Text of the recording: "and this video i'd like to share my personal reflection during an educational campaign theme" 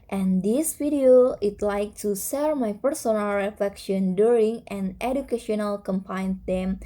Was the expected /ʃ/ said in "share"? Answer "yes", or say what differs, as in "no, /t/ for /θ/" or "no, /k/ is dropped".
no, /s/ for /ʃ/